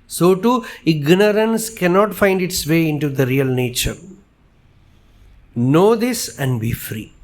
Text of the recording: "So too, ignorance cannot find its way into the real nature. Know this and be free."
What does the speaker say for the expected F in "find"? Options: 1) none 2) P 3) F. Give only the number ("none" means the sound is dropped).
3